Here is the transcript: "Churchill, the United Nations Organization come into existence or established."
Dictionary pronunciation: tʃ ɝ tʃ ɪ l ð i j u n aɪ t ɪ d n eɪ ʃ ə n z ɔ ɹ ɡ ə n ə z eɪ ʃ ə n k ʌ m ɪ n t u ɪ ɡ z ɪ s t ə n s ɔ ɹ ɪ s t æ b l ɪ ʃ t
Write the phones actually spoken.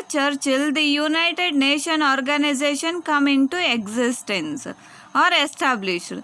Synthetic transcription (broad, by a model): tʃ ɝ tʃ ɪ l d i j u n aɪ t ɪ d n eɪ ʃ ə n ɔ ɹ ɡ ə n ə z eɪ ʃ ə n k ʌ m ɪ n t u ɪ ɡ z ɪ s t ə n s ɔ ɹ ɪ s t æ b l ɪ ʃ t